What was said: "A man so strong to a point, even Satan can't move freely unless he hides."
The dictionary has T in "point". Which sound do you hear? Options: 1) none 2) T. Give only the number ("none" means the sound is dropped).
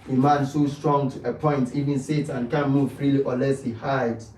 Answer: 2